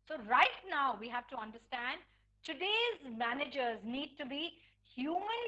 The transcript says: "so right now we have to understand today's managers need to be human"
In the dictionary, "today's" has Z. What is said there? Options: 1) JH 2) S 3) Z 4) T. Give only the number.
3